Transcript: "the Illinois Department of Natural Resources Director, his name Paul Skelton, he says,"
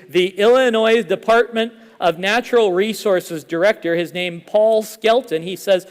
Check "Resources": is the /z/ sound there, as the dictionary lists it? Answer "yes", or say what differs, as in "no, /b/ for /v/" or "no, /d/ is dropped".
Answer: yes